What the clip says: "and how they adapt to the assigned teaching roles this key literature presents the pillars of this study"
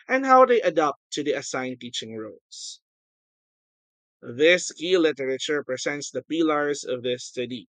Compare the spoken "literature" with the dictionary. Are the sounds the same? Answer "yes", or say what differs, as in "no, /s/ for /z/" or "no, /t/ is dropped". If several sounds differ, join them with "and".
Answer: yes